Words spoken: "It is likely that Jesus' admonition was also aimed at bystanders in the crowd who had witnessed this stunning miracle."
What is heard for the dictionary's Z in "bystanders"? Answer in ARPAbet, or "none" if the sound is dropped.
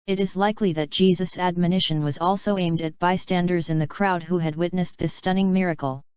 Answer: Z